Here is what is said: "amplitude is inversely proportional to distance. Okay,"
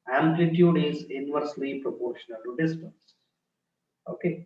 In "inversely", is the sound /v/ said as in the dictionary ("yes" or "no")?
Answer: yes